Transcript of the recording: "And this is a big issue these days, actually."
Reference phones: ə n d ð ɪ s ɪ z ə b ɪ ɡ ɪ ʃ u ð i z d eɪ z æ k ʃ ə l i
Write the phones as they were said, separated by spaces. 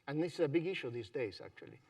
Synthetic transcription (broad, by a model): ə n ð ɪ s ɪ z ə b ɪ ɡ ɪ ʃ u ð i z d eɪ z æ k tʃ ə l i